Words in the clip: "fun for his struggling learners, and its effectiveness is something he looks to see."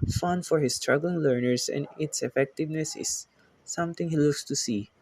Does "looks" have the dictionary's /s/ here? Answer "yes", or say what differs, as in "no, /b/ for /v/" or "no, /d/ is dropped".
yes